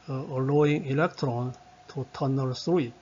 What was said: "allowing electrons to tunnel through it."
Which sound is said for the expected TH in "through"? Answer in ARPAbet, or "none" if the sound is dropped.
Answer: S